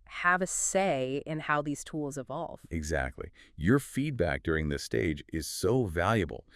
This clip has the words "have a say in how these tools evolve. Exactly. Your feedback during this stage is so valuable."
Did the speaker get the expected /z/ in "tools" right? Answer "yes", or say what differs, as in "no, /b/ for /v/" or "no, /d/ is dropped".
yes